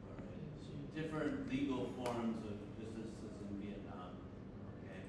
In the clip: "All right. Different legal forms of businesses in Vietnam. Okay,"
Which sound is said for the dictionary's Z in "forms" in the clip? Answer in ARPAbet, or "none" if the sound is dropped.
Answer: Z